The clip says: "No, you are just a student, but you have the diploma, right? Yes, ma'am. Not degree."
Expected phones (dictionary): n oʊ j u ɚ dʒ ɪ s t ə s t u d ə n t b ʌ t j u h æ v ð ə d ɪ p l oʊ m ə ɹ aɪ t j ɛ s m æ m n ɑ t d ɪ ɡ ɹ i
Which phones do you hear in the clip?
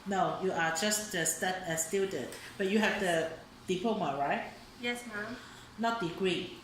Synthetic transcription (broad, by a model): n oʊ j u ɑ dʒ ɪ s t ə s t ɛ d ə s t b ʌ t j u h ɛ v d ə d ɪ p oʊ m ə ɹ aɪ t j ɛ s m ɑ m n ɑ t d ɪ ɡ ɹ i